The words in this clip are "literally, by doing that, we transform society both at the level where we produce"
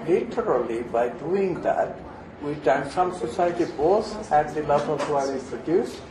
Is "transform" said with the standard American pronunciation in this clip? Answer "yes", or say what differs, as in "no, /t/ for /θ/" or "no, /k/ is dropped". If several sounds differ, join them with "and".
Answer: no, /f/ is dropped